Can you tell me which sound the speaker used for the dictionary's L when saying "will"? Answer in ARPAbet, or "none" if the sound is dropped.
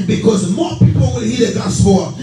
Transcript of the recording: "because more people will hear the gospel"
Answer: N